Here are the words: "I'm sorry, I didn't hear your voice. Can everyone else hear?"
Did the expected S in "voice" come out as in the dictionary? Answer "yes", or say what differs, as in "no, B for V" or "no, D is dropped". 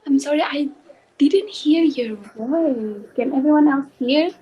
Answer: no, S is dropped